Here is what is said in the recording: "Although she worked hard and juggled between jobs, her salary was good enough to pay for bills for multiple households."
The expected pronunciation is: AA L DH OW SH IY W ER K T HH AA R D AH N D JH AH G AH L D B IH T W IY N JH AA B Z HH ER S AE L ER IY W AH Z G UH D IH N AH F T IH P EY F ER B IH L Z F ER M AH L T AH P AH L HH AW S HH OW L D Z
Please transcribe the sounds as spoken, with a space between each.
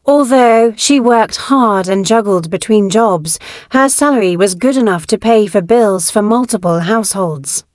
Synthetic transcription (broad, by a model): AA L DH OW SH IY W ER K T HH AA R D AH N JH AH G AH L D B IH T W IY N JH AA B Z HH ER S AE L ER IY W AH Z G UH D IH N AH F T IH P EY F ER B IH L Z F ER M AH L T AH P AH L HH AW S HH OW L D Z